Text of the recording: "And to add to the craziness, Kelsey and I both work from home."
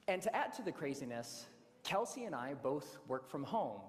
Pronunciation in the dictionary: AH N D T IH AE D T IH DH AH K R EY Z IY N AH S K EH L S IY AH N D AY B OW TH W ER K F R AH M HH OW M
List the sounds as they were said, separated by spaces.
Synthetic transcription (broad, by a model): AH N T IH AE D T IH DH AH K R EY Z IY N AH S K EH L S IY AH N AY B OW TH W ER K F R AH M HH OW M